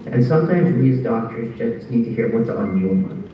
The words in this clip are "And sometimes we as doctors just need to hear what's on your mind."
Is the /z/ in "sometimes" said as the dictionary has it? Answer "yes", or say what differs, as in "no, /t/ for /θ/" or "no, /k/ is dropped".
yes